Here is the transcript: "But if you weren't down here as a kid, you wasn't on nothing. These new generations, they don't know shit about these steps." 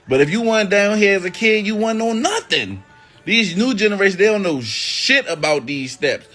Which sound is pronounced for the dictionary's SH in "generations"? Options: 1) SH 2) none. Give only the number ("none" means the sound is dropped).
2